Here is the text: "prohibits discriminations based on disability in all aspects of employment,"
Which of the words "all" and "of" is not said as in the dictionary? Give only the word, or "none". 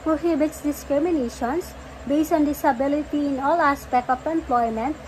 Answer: of